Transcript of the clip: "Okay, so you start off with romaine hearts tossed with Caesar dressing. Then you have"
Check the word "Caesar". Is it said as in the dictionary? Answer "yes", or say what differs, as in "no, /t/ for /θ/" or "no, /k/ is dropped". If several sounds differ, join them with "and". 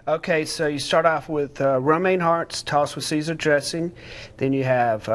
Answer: yes